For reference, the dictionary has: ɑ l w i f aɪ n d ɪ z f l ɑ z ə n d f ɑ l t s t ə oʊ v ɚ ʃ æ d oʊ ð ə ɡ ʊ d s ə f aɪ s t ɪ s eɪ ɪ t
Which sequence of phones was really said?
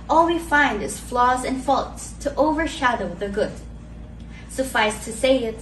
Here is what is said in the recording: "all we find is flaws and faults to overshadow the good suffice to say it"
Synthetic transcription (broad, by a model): ɑ l w i f aɪ n d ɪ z f l ɑ z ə n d f ɑ l t s t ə oʊ v ɚ ʃ æ d oʊ ð ə ɡ ʊ d s ə f aɪ s t ɪ s eɪ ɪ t